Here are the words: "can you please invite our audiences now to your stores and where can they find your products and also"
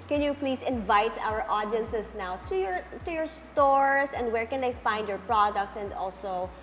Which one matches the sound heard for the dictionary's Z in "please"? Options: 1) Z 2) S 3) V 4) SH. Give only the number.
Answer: 2